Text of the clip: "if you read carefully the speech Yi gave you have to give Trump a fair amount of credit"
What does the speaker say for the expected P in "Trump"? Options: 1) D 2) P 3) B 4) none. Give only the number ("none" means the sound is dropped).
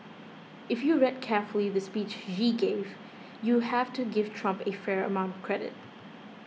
2